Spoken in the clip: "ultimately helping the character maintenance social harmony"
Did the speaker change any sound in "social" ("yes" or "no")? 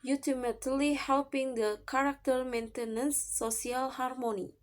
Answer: yes